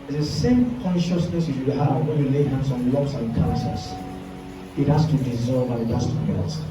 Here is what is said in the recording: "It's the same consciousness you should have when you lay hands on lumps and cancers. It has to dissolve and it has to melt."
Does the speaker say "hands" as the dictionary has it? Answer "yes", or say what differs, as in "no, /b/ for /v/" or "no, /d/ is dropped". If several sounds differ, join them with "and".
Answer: no, /s/ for /z/